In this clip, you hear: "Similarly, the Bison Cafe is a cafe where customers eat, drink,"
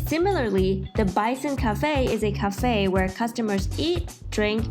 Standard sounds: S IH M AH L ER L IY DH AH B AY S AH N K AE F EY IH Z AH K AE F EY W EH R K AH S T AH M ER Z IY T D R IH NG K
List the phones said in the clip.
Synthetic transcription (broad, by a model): S IH M L ER L IY DH AH B AY S AH N K AE F EY IH Z AH K AE F EY W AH R K AH S T AH M ER Z IY T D R IH NG K